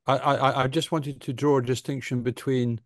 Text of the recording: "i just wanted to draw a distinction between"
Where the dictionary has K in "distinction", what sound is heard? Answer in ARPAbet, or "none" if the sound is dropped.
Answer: K